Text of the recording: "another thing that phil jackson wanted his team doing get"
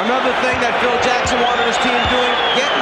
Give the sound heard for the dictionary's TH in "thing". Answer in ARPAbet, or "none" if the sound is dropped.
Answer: TH